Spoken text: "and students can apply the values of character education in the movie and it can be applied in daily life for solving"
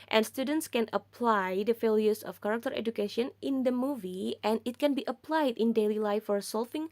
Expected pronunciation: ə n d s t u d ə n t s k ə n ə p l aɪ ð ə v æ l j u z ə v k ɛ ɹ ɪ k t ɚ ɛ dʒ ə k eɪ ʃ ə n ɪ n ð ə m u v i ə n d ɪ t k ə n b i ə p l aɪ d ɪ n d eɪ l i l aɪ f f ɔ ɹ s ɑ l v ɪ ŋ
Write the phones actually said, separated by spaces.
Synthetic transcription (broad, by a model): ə n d s t u d ə n t s k ə n ə p l aɪ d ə f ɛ l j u s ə f k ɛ ɹ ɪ k t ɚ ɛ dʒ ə k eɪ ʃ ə n ɪ n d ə m u v i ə n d ɪ t k ə n b i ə p l aɪ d ɪ n d eɪ l i l aɪ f f ɔ ɹ s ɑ l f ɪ ŋ